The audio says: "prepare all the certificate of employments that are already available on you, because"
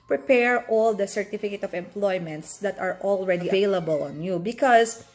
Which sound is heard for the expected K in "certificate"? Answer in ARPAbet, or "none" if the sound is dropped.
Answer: K